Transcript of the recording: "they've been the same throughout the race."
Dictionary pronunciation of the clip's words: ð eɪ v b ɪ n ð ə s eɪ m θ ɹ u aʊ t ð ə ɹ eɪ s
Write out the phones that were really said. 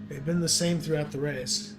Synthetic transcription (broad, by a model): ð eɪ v b ɪ n ð ə s eɪ m θ ɹ u aʊ t ð ə ɹ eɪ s